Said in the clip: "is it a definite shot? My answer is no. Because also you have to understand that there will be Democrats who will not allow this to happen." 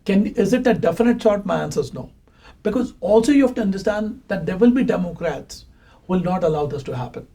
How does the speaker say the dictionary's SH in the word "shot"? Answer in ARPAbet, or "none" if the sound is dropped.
S